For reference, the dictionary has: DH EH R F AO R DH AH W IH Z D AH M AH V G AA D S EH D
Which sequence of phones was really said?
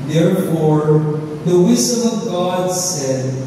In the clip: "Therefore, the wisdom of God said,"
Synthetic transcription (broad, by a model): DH EH R F AO R DH AH W IH Z D AH M AH V G AA D S EH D